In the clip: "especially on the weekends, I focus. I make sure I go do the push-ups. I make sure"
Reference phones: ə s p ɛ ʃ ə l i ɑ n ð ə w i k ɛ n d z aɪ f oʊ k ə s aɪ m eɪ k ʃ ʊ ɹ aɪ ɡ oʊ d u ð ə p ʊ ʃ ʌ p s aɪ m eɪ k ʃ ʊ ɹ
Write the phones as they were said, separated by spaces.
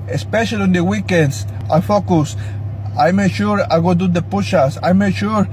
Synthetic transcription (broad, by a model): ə s p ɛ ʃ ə l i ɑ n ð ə w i k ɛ n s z aɪ f oʊ k ə s aɪ m eɪ k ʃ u ɹ aɪ ɡ oʊ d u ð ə p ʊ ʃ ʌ s aɪ m eɪ k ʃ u ɹ